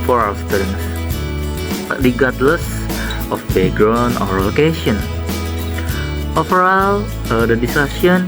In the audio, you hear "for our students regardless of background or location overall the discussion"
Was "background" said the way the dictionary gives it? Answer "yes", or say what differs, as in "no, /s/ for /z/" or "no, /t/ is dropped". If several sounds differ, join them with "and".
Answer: no, /k/ is dropped and /d/ is dropped